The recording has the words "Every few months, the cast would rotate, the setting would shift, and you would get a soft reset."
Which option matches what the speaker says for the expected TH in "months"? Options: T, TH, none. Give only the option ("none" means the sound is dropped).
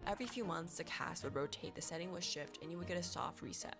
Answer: TH